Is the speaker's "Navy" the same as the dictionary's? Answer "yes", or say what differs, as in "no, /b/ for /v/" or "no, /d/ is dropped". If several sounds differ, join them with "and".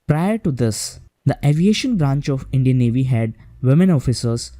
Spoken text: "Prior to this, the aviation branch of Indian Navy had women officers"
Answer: yes